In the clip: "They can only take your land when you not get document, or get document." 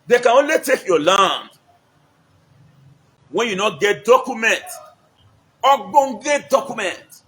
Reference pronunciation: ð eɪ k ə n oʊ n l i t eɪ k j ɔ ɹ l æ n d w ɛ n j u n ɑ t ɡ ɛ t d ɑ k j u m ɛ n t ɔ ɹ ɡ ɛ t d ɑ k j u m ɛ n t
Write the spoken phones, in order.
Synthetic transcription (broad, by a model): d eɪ k ə n oʊ n l i t eɪ k j ɔ l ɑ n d w ɛ n j u n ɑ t ɡ ɛ t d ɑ k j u m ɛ n t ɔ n ɡ ɛ t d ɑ k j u m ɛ n t